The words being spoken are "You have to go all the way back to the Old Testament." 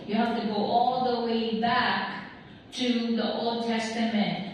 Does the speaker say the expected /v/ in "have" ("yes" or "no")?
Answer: no